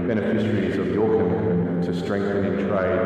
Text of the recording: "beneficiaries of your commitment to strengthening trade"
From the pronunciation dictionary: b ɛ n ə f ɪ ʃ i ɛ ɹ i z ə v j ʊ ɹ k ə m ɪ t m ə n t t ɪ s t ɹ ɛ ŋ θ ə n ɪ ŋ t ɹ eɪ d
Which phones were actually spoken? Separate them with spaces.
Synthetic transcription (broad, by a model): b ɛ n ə f ɪ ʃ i ɹ i z ə v j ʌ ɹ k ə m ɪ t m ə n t t ɪ s t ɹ ɛ ŋ θ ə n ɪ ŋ t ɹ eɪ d